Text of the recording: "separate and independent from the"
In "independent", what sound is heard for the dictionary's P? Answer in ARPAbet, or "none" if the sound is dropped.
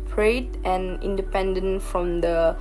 P